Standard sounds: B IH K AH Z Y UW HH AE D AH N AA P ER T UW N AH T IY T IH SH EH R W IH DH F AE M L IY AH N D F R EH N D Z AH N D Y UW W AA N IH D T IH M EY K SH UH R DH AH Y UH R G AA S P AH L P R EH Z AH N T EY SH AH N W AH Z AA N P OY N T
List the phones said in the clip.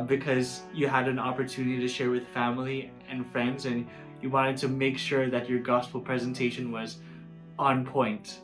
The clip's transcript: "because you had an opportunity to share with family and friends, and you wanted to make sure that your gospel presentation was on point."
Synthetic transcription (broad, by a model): B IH K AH Z Y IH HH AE D AH N AA P ER T UW N AH T IY T IH SH EH R W IH DH F AE M L IY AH N F R EH N D Z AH N Y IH W AA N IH D T IH M EY K SH UH R DH AH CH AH R G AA S P L P R EH Z AH N T EY SH AH N W AH Z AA N P OY N T